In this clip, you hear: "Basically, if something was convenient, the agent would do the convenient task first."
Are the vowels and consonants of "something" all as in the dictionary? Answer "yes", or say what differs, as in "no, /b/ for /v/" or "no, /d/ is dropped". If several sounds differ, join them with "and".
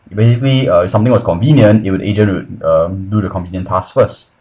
no, /t/ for /θ/